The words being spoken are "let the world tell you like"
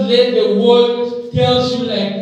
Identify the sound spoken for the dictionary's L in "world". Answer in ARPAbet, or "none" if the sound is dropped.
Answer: none